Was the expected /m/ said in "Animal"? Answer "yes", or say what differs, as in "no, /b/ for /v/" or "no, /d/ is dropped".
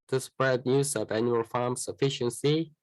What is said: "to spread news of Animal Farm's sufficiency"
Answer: no, /m/ is dropped